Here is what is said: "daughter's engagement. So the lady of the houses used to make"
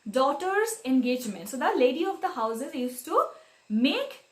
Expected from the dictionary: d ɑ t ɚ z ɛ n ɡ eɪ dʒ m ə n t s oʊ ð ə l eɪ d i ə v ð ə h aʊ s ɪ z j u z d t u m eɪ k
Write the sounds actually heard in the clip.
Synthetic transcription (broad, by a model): d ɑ t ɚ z ɛ n ɡ eɪ dʒ m ə n t s oʊ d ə l eɪ d i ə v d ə h aʊ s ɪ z j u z t u m eɪ k